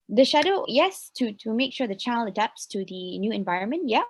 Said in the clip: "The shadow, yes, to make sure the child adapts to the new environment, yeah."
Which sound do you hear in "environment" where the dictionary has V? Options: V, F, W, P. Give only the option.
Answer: V